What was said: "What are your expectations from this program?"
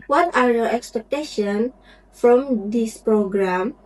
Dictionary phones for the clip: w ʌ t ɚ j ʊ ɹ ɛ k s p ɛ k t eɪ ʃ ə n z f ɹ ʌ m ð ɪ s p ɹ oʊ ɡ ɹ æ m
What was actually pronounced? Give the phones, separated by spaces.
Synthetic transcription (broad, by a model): w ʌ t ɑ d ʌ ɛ k s p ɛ k t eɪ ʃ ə n f ɹ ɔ m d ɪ s p ɹ oʊ ɡ ɹ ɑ m